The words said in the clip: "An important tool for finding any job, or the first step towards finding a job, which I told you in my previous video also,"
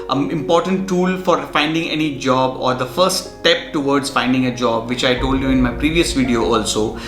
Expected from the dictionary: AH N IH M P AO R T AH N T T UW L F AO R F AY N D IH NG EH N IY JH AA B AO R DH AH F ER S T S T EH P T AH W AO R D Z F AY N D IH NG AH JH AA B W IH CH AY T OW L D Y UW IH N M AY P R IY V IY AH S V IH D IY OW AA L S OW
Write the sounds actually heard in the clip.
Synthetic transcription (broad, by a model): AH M IH M P AO R T AH N T T UW L F AO R F AY N D IH NG EH N IY JH AA B AO R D AH F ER T S T EH P T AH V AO R D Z F AY N D IH NG AH JH AA B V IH CH AY T OW L D Y UW IH N M AY P R IY V IY AH S V IH D IY OW AA L S OW